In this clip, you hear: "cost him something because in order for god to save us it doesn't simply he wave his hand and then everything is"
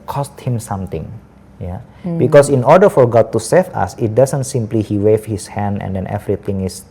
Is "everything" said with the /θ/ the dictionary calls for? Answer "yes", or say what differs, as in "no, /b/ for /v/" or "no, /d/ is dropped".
no, /t/ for /θ/